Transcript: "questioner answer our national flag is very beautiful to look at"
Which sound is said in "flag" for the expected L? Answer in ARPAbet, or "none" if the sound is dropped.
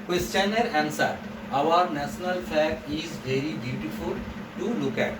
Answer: none